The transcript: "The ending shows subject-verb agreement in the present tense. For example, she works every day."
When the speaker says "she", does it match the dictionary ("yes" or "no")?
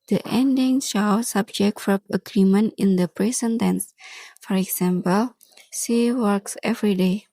no